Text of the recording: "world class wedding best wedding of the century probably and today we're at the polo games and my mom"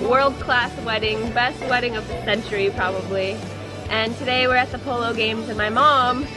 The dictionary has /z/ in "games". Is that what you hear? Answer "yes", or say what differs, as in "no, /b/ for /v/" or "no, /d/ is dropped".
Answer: yes